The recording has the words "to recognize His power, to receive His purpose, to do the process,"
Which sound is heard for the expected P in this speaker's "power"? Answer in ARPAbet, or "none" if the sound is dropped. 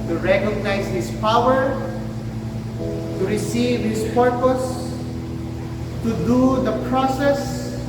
P